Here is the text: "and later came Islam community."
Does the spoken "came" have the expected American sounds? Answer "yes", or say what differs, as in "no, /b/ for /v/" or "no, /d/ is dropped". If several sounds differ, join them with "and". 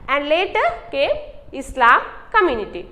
no, /m/ is dropped